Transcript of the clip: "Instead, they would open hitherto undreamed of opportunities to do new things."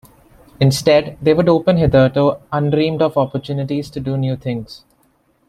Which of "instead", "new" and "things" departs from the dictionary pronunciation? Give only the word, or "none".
things